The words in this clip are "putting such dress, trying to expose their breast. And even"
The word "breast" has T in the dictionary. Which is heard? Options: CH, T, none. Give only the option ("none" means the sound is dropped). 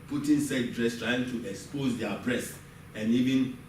none